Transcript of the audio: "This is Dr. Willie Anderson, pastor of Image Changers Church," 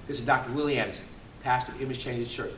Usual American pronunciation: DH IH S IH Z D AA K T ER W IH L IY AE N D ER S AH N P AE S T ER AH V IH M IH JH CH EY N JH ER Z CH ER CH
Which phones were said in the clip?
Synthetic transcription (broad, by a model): DH IH S IH Z D AA K T ER W IH L IY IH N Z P AE S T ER AH V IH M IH Z CH EY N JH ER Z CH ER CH